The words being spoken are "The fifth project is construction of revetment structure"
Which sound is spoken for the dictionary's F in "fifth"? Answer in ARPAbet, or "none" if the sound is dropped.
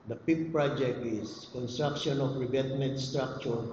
P